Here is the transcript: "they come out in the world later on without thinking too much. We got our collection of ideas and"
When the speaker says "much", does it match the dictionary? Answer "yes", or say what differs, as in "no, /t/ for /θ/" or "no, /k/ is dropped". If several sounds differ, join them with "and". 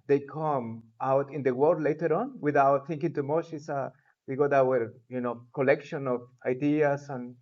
no, /s/ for /tʃ/